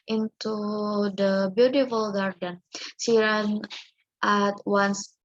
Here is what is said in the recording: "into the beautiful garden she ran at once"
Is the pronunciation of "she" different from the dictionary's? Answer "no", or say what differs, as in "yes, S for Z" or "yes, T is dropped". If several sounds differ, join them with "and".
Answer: yes, S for SH